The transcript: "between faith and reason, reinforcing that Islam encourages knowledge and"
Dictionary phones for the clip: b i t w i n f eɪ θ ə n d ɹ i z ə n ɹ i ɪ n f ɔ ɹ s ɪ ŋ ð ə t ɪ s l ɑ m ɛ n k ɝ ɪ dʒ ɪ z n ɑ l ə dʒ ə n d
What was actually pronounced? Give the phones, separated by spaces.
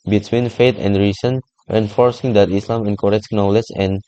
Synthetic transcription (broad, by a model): b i t w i n f eɪ t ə n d ɹ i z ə n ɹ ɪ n f ɔ ɹ s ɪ ŋ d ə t ɪ s l ɑ m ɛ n k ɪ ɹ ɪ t n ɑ l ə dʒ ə n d